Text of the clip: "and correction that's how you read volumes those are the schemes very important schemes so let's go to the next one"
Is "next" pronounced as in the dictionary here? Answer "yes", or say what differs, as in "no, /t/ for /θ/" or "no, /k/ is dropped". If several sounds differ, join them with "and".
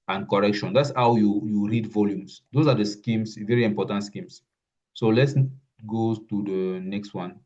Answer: yes